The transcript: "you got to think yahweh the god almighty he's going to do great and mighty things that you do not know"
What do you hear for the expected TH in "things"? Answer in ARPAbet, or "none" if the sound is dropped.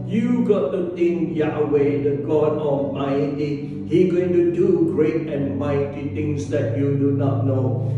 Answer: T